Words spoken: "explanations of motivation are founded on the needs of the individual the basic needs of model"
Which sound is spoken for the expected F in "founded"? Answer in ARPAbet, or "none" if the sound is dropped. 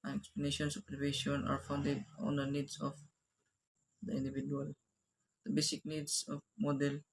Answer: F